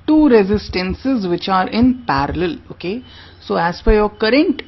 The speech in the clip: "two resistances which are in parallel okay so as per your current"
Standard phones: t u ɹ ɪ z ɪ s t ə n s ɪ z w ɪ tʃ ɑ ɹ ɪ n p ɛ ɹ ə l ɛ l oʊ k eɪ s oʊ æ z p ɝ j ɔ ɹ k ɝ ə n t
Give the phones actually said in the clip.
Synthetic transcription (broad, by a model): t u ɹ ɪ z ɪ s t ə n s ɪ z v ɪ tʃ ɑ ɹ ɪ n p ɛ ɹ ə l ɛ l oʊ k eɪ s oʊ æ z f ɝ j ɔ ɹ k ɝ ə n t